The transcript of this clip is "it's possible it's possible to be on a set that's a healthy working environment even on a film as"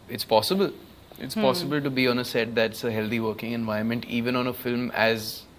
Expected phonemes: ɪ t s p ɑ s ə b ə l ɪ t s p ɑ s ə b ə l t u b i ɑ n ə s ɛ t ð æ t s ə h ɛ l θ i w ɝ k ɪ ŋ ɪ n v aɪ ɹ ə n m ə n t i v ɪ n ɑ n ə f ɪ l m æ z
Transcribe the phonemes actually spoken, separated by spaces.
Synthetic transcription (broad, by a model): ɪ t s p ɑ s ə b ə l ɪ t s p ɑ s ə b ə l t u b i ɑ n ə s ɛ t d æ t s ə h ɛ l t i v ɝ k ɪ ŋ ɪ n v aɪ ə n m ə n t i v ɪ n ɑ n ə f ɪ l m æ z